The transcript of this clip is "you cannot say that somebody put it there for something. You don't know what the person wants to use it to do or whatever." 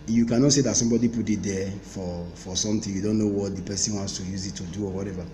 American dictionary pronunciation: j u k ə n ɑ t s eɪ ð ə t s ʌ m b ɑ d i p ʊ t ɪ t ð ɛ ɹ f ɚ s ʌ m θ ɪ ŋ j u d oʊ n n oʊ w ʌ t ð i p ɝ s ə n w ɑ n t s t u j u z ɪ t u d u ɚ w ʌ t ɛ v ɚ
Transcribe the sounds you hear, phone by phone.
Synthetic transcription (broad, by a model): j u k ə n ɑ t s eɪ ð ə t s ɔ m b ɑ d i p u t ɪ t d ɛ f f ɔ s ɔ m t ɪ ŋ j u d oʊ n n oʊ w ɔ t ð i p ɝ s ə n w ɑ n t s t u j u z ɪ t u d u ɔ w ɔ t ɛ v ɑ